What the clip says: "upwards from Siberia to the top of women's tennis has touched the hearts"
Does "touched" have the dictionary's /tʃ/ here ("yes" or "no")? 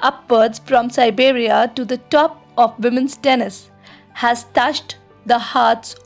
no